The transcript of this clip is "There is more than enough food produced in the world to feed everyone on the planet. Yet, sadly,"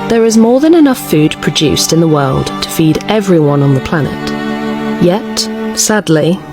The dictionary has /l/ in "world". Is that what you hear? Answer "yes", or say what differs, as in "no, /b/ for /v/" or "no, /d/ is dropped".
yes